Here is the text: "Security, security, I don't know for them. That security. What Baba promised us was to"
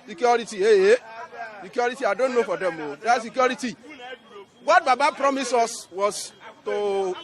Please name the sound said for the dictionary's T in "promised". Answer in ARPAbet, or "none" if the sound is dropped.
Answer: none